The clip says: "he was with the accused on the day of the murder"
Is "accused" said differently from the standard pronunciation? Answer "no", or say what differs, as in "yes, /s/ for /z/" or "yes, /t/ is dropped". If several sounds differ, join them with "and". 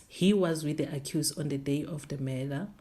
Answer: yes, /d/ is dropped